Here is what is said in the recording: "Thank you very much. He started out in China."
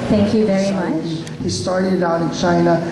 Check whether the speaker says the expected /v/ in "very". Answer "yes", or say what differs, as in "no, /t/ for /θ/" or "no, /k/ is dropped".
yes